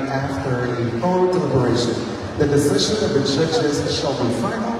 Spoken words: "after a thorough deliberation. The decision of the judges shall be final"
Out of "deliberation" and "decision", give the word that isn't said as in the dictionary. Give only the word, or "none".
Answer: none